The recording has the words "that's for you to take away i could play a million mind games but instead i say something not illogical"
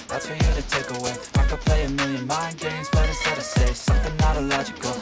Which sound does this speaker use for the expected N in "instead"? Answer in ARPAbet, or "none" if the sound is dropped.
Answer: none